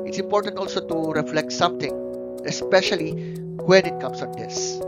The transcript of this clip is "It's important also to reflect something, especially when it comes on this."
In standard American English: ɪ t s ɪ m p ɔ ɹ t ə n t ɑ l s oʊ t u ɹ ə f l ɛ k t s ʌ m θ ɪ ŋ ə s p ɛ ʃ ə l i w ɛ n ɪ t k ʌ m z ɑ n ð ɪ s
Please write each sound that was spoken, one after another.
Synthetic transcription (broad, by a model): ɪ t s ɪ m p ɔ ɹ t ə n t ɑ l s oʊ t u ɹ ə f l ɛ k t s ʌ m t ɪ ŋ ə s p ɛ ʃ ə l i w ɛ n ɪ t k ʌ m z ɑ n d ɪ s